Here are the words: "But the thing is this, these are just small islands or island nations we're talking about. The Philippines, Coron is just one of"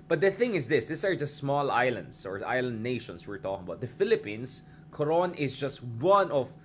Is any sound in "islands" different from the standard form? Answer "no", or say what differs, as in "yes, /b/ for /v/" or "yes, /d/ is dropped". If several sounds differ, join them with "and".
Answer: yes, /s/ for /z/